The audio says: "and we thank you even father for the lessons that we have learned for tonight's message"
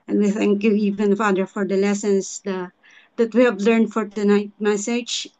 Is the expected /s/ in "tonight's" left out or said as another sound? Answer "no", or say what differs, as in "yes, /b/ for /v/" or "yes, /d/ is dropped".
yes, /s/ is dropped